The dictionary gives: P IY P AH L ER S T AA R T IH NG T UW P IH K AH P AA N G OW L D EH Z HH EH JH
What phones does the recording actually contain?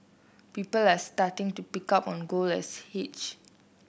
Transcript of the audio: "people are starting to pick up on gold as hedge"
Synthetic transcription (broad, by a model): P IY P AH L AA S T AA T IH NG T UW P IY K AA P AA N G OW L EH S HH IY CH